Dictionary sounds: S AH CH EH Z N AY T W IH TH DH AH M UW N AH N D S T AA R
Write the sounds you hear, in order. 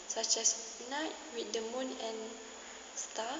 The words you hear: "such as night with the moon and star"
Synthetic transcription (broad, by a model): S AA CH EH S N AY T W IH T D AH M UW N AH N S T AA